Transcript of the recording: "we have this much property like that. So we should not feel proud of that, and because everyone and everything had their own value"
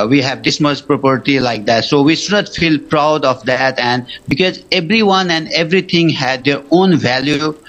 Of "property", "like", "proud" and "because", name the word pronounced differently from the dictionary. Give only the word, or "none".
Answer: none